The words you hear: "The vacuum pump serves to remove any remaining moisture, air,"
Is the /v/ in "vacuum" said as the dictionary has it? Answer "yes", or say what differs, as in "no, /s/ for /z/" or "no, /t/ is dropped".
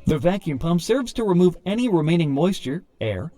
yes